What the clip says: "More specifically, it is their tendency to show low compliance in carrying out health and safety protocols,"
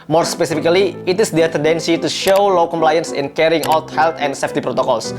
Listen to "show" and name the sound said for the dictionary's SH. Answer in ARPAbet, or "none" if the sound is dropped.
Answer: SH